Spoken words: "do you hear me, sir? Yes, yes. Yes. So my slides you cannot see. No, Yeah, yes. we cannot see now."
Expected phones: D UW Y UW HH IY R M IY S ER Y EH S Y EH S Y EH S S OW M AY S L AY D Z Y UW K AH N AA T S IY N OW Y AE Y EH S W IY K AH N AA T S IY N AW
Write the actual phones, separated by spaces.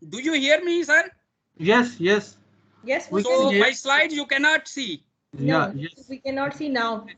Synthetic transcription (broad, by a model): D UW Y UW HH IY R M IY S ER Y EH S Y EH S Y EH S S OW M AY S L AY D Z Y UW K AH N AA T S IY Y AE Y EH S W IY K AH N AA T S IY N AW